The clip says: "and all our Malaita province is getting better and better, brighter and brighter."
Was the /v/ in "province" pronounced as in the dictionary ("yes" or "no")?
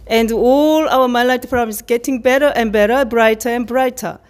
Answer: no